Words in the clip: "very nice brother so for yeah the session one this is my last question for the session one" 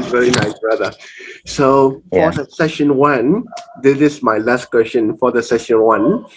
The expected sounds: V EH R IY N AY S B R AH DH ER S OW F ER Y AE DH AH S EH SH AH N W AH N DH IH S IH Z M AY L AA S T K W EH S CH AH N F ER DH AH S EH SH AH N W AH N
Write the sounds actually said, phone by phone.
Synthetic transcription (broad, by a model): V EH R IY N AY S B R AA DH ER S OW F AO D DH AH S EH SH AH N W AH N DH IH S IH S M AY L AA S T K W EH S CH AH N F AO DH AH S EH SH AH N W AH N